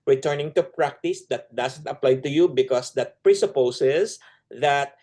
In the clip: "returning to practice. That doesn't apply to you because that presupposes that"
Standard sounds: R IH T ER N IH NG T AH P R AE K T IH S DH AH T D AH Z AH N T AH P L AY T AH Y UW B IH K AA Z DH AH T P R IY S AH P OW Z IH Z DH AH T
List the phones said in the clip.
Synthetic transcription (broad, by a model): R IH T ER N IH NG T AH P R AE K T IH S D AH T D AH S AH N T AH P L AY T AH Y UW B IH K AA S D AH T P R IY S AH P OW S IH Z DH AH T